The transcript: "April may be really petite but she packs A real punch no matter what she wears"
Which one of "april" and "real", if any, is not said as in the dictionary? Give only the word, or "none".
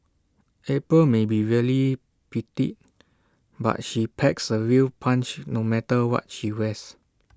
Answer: april